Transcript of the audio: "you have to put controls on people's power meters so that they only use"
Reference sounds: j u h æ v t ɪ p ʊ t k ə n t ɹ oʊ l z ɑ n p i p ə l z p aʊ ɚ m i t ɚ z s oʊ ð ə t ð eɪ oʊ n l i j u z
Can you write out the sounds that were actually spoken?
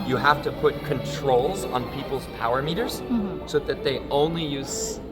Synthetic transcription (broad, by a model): j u h æ f t ɪ p ʊ t k ə n t ɹ oʊ l z n p i p l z p aʊ ɚ m i t ɚ z s oʊ ð ə t ð eɪ oʊ n l i j u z